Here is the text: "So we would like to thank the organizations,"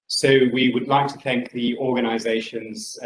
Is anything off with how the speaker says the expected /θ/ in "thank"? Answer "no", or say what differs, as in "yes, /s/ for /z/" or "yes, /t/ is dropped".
no